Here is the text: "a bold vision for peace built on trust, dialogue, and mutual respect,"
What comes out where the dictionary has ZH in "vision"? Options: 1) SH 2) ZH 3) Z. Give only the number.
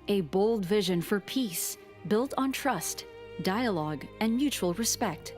2